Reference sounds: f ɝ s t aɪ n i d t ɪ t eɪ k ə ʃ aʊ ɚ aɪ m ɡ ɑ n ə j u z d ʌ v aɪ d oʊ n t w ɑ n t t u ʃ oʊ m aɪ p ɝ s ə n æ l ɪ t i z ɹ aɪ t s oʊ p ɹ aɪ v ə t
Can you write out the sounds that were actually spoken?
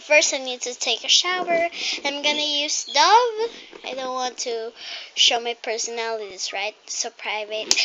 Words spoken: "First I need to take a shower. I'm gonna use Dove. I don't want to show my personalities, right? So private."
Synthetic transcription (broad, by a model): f ɝ s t aɪ n i d t ɪ t eɪ k ə ʃ aʊ ɚ aɪ m ɡ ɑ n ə j u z d ʌ v aɪ d oʊ n t w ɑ n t t u ʃ oʊ m aɪ p ɝ s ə n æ l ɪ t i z ɹ aɪ t s oʊ p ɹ aɪ v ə t